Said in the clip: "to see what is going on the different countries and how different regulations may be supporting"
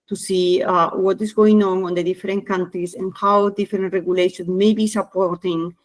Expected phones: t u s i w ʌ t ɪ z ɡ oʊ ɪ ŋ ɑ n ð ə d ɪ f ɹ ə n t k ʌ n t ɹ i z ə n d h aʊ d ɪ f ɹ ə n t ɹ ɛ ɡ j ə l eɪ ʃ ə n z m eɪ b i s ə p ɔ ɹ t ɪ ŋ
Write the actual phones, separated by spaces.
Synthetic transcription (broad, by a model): t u s i w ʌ t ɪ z ɡ oʊ ɪ ŋ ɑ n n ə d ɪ f ɹ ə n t k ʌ n t ɹ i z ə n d h aʊ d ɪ f ɹ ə n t ɹ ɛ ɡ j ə l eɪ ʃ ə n m eɪ b i s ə p ɔ ɹ t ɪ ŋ